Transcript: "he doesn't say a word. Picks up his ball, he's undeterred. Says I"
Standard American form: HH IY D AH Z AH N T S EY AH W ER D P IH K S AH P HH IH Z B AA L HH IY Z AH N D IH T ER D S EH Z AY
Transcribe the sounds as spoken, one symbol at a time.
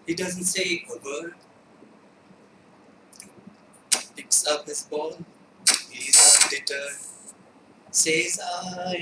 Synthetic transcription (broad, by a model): HH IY D AH Z AH N T S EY AH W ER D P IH K S AH P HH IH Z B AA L HH IY Z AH D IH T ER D S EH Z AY